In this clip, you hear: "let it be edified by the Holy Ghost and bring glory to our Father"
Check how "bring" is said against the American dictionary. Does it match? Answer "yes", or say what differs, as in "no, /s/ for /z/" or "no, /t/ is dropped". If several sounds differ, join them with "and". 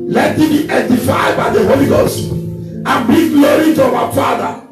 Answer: no, /ɹ/ is dropped